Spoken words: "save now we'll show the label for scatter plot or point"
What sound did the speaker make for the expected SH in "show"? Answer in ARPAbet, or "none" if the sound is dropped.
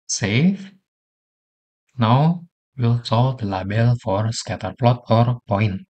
S